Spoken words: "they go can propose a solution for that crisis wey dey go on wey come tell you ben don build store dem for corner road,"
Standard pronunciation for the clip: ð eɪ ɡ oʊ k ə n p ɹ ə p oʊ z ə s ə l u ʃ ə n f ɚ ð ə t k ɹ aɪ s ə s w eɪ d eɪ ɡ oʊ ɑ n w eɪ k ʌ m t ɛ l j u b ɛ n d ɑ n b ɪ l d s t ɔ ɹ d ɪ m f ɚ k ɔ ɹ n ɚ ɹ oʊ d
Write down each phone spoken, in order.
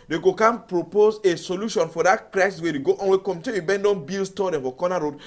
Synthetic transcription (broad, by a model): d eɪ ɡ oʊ k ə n p ɹ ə p oʊ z ə s ə l u ʃ ə n f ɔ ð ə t k ɹ aɪ s ə s w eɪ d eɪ ɡ oʊ ɑ n w eɪ k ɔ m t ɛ n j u b ɛ n d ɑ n b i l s t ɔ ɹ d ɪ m f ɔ k ɔ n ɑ ɹ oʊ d